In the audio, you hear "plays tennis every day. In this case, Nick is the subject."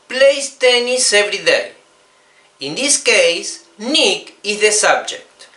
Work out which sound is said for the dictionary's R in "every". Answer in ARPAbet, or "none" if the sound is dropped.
R